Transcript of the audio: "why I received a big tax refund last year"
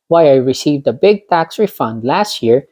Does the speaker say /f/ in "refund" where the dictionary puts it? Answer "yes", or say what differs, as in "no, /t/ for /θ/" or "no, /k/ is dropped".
yes